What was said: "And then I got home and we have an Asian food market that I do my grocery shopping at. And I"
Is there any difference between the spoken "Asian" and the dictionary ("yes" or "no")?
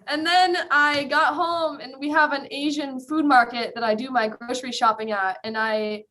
no